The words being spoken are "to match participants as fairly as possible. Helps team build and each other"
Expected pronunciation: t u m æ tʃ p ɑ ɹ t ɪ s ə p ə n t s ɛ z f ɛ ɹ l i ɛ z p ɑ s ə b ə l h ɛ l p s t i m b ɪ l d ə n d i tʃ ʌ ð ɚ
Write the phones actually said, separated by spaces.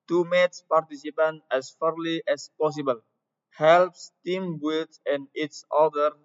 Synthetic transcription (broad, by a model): t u m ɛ s p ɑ ɹ t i s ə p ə n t ɛ s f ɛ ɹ l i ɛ s p ɑ s ə b ə l h ɛ l p s t i m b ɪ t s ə n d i s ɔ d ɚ